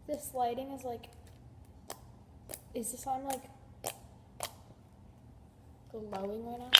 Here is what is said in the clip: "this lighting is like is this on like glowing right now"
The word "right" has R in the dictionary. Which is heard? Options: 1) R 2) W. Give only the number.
2